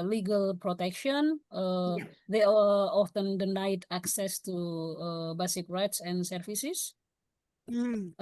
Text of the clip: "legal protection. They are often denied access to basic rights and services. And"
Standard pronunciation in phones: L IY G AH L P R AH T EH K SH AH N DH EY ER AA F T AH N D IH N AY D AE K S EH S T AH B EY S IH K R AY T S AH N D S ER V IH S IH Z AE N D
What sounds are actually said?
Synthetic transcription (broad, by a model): L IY G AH L P R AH T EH K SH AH N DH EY AA F T AH N D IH N AY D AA K S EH S T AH B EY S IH K R AY T S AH N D S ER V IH S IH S